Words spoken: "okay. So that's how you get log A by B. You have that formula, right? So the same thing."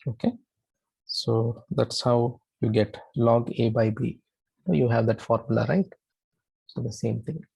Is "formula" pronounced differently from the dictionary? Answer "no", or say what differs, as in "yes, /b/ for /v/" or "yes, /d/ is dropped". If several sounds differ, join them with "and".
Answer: no